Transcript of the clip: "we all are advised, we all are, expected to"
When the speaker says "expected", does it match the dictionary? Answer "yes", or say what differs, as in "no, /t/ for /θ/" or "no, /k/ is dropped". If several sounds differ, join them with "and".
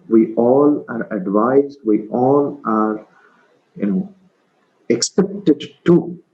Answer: no, /p/ is dropped